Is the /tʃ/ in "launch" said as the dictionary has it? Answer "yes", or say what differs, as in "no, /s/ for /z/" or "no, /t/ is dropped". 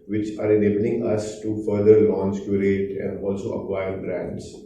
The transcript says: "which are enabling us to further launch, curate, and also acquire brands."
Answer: no, /s/ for /tʃ/